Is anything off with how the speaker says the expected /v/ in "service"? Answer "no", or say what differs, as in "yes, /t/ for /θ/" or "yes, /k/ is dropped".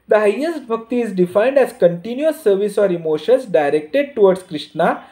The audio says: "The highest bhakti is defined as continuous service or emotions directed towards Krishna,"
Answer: no